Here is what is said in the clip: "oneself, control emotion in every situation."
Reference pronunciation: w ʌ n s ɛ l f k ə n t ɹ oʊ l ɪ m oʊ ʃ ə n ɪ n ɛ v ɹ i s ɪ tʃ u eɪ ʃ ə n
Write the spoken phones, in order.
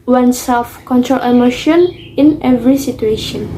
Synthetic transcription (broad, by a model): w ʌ n s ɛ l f k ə n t ɹ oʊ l ɪ m oʊ ʃ ə n ɪ n ɛ v ɹ i s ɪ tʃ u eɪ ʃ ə n